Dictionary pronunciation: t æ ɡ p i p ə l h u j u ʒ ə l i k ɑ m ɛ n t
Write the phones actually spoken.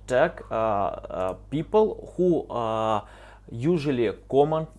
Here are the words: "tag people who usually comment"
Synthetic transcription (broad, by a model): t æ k p i p ə l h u j u ʒ ə l i k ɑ m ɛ n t